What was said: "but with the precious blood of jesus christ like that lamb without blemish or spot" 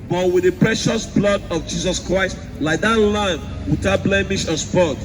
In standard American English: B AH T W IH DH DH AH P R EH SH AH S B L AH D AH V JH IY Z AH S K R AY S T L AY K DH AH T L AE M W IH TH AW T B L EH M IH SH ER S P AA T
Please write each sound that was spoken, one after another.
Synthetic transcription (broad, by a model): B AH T W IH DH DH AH P R EH SH AH S B L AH D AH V JH IY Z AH S K R AY S T L AY K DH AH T L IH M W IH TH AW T B L EH M IH SH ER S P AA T